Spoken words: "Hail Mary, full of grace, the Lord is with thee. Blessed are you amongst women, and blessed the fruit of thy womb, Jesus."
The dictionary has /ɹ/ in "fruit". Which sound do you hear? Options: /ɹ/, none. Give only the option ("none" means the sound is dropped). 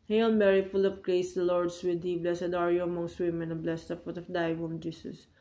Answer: none